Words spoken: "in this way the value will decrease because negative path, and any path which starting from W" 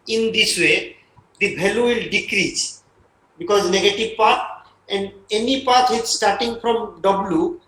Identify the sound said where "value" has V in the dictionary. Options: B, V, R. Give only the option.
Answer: B